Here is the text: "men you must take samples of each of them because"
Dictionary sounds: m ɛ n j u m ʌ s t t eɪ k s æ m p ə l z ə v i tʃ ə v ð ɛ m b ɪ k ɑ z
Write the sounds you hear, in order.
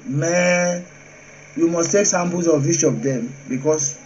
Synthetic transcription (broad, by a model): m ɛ j u m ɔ s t t eɪ k s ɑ m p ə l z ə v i ʃ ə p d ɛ m b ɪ k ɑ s